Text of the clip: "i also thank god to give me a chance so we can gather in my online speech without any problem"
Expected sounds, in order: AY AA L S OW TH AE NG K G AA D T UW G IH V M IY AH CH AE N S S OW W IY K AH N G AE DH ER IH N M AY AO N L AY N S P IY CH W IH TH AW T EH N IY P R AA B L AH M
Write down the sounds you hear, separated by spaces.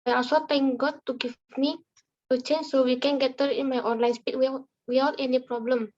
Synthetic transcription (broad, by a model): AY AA S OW T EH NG G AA T UW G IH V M IY AH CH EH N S S OW W IY K AH N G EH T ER IH N M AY AO N L AY N S P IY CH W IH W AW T EH N IY P R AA B L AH M